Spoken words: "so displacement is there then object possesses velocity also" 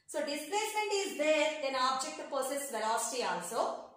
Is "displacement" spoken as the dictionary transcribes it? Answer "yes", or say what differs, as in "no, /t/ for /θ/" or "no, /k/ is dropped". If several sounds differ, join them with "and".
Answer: no, /m/ is dropped